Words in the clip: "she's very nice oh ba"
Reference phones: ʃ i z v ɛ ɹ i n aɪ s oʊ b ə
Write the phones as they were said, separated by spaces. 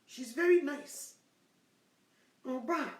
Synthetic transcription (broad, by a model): ʃ i z v ɛ ɹ i n aɪ s oʊ b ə